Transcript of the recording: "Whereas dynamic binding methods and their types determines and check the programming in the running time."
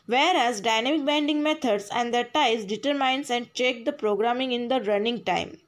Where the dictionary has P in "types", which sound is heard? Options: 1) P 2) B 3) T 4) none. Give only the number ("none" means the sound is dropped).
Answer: 4